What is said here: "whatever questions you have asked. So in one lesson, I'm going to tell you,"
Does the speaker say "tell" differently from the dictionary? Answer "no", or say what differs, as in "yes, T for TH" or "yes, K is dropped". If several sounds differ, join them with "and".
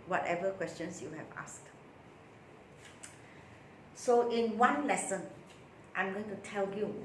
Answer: no